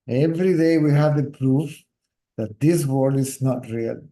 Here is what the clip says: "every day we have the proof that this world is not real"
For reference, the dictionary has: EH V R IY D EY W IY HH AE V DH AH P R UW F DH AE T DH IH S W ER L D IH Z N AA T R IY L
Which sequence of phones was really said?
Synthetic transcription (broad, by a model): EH V R IY D EY W IY HH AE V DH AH P R UW F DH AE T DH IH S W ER D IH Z N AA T R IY L